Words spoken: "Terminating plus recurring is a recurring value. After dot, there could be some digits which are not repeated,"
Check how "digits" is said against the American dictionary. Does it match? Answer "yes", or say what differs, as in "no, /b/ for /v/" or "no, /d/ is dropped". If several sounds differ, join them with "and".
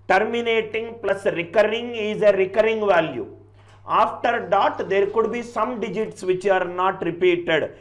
yes